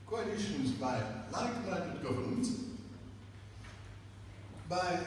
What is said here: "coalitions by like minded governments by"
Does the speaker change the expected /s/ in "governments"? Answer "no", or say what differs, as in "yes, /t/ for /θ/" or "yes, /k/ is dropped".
yes, /s/ is dropped